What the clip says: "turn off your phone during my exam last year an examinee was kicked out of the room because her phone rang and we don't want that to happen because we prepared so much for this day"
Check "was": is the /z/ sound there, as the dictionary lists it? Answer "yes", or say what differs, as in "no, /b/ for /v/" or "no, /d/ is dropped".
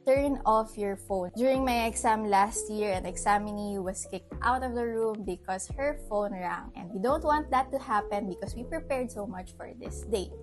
no, /s/ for /z/